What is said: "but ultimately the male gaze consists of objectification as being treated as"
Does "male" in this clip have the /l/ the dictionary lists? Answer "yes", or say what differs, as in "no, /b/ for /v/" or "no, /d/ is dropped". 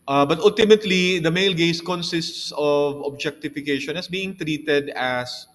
yes